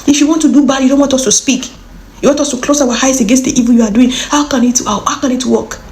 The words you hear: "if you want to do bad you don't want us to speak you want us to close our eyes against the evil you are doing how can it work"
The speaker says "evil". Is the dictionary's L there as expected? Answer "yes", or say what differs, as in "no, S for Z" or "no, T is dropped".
no, N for L